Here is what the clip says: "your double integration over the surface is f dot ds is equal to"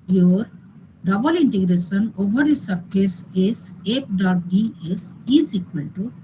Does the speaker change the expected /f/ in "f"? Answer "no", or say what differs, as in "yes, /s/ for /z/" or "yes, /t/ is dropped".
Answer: yes, /p/ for /f/